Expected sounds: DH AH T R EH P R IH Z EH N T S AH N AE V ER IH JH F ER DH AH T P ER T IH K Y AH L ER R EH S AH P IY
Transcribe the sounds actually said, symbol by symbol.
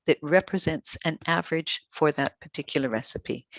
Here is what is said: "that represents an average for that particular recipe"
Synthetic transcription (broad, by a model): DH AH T R EH P R IH Z EH N T S AH N AE V ER IH JH F ER DH AH T P ER T IH K Y L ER R EH S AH P IY